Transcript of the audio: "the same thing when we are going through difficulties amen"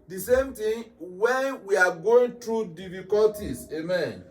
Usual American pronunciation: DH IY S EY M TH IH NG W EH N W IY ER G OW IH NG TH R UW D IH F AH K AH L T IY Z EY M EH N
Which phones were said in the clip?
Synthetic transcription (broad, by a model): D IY S EY M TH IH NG W EH N W IY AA G OW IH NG T R UW D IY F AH K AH L T IY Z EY M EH N